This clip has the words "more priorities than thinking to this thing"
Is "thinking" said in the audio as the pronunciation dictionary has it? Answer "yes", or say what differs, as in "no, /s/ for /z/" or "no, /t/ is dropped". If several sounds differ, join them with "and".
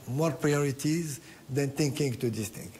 no, /t/ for /θ/